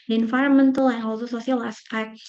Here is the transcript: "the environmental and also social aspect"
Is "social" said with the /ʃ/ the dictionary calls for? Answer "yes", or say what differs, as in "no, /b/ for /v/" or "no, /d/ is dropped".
no, /s/ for /ʃ/